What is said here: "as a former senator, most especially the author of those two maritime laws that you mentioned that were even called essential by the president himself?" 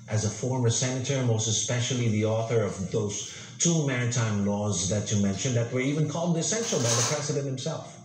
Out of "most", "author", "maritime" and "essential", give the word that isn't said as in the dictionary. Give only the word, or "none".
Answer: none